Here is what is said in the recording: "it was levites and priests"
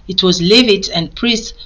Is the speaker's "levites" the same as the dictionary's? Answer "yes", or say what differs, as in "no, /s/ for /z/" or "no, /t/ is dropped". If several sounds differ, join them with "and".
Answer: no, /s/ is dropped